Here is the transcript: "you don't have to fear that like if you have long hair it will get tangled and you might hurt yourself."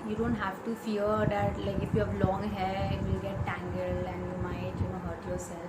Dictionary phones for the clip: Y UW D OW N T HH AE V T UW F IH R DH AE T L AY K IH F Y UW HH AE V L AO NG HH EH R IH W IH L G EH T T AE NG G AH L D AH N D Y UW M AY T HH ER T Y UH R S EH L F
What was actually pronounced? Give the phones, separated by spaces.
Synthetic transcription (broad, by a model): Y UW D OW N T HH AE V T UW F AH R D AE T L AY K IH F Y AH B L AO NG HH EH IH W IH L G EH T T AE NG G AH L AH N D Y UW M AY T HH ER T Y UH R S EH L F